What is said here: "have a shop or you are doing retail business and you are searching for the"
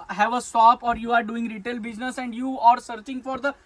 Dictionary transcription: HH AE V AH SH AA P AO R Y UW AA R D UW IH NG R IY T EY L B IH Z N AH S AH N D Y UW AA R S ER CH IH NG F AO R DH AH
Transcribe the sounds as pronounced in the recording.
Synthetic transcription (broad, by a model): HH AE V AH S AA P AO R Y UW AA R D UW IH NG R IY T EY L B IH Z N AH S AH N D Y UW AA R S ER CH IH NG F AO R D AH